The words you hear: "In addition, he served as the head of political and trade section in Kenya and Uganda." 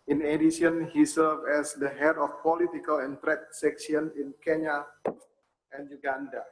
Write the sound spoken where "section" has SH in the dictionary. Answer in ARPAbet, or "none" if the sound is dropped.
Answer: S